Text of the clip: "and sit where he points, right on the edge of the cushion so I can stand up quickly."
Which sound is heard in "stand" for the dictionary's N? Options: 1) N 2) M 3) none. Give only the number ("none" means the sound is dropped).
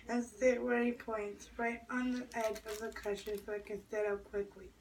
3